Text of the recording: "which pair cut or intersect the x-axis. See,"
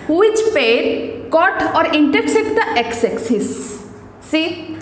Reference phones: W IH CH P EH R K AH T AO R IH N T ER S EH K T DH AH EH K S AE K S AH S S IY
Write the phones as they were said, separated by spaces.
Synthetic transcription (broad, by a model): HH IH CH P EH R K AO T AO R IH N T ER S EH T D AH EH K S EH K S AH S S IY